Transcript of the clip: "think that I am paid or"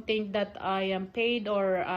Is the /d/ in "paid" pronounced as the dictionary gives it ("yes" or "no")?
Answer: yes